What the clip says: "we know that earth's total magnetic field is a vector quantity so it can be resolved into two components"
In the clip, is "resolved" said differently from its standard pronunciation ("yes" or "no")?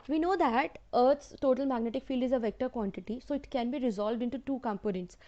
no